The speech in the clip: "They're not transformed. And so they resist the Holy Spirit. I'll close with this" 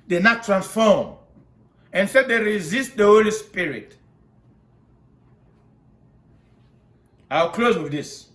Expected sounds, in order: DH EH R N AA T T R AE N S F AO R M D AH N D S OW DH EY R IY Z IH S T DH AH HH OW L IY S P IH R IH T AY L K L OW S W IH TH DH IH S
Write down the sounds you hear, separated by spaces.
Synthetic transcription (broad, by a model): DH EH N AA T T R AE N S F AO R M AH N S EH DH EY R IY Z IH S T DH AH HH OW L IY S P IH R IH T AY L K L OW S W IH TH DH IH S